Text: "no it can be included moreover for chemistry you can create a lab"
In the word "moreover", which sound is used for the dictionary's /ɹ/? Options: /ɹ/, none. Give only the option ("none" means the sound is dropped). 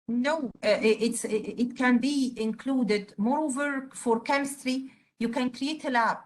/ɹ/